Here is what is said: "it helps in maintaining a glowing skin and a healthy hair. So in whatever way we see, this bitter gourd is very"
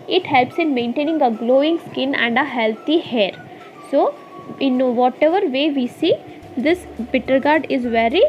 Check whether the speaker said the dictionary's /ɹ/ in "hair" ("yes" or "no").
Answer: yes